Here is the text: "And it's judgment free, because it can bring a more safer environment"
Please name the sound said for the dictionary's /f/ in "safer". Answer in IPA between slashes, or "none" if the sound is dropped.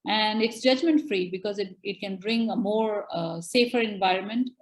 /f/